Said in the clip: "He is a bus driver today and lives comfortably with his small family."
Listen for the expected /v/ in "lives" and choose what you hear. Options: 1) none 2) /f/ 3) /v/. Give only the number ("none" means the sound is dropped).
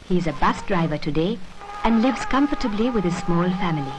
3